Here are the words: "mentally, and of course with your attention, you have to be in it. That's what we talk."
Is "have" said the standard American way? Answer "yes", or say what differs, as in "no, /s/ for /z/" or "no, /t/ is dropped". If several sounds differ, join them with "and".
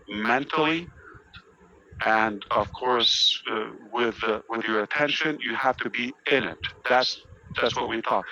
no, /f/ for /v/